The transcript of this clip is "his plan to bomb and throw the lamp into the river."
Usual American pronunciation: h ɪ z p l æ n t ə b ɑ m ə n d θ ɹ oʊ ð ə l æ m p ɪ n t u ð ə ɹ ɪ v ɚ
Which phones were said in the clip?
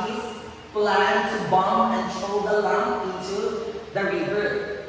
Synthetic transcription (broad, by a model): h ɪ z p l æ n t b ɑ m ə n d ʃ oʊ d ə l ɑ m ɪ n t u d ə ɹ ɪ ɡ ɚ